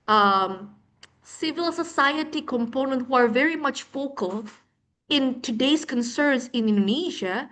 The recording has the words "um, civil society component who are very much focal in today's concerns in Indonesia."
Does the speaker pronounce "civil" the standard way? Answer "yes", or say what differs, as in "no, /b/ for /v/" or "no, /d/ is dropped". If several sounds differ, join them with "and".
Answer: yes